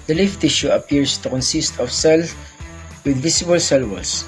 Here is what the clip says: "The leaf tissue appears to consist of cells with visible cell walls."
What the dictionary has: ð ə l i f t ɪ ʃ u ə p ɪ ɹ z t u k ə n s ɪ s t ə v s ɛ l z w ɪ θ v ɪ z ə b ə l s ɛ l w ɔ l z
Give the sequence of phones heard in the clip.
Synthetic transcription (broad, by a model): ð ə l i f t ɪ ʃ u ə p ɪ ɹ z t u k ə n s ɪ s t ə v s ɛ l w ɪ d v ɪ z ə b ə l s ɛ l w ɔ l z